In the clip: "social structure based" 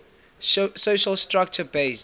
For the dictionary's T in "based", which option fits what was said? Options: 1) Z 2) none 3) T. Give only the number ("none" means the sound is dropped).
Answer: 2